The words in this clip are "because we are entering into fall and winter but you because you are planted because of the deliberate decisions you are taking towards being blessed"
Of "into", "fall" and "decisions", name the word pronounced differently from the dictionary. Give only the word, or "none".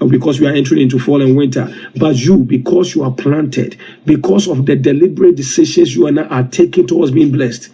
decisions